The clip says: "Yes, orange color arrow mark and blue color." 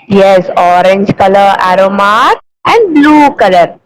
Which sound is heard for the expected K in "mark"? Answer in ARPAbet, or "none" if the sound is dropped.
none